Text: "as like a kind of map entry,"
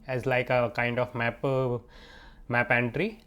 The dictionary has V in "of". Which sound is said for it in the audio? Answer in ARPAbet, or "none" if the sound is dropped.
P